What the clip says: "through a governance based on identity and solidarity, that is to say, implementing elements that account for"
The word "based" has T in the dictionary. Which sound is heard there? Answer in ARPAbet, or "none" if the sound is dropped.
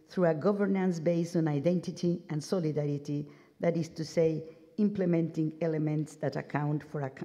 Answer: none